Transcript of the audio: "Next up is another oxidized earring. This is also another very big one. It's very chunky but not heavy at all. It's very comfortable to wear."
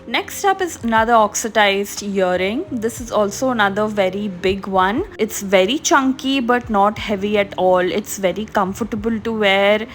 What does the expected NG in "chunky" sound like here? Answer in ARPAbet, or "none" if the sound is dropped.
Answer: NG